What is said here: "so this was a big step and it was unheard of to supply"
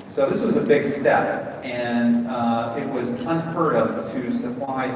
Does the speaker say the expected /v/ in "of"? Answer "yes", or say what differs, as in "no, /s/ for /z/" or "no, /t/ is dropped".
no, /p/ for /v/